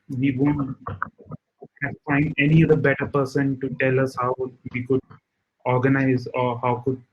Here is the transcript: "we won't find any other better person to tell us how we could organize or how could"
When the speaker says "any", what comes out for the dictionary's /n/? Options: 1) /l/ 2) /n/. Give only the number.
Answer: 2